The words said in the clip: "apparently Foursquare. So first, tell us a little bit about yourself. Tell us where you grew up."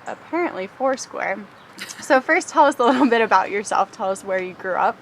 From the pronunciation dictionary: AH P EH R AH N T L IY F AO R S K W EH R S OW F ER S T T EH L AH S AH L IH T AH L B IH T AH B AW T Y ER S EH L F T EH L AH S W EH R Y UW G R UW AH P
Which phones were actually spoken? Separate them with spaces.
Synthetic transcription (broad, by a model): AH P EH R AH N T L IY F AO R S K W EH R S OW F ER S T T EH L AH S AH L IH T L B IH T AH B AW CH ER S EH L F T EH L AH S W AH R Y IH G R UW AH P